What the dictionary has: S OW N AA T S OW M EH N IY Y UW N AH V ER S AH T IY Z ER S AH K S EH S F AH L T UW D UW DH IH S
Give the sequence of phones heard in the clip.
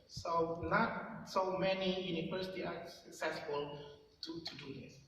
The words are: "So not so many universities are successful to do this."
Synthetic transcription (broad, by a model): S OW N AA T S OW M EH N IY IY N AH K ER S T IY AA S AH K S EH S F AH L T UW D UW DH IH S